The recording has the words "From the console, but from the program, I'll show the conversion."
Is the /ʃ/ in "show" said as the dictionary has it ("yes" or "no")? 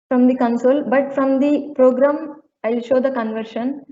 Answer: yes